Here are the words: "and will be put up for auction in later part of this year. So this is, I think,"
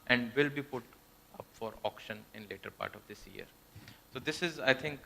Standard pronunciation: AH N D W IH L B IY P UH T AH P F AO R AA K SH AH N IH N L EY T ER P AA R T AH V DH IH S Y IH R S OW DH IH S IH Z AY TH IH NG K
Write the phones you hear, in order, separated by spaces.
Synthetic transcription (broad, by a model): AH N D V IH L B IY P UH T AH P F AO R AA K SH AH N IH N L EY T ER P AA R T AH V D IH S Y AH R S OW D IH S IH Z AY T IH NG K